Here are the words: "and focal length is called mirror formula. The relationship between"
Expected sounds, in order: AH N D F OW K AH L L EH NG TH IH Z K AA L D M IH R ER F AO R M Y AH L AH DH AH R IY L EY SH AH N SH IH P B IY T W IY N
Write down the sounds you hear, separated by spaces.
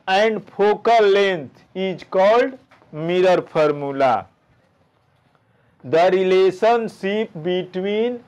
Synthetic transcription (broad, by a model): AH N D P OW K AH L L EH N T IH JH K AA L D M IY R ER P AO R M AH L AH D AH R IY L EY S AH N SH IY P B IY T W IY N